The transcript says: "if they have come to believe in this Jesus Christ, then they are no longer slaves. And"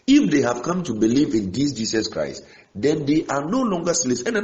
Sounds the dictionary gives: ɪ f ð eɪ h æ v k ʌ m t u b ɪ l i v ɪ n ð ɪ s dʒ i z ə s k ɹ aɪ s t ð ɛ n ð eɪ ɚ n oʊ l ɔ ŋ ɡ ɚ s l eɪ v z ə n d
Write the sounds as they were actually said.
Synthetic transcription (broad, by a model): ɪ f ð eɪ h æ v k ʌ m t u b ɪ l i v ɪ n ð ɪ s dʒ i s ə s k ɹ aɪ s t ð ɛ n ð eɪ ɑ n oʊ l ɔ ŋ ɡ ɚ s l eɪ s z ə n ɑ